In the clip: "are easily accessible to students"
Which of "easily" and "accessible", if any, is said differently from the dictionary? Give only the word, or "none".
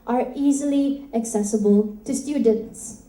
none